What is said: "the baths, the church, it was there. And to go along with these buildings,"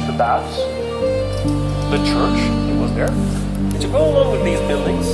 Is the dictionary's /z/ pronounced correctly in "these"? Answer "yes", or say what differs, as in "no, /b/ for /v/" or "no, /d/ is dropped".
yes